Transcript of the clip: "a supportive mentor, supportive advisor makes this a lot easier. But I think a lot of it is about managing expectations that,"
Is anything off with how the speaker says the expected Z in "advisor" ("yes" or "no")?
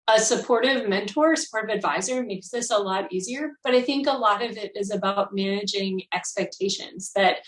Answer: no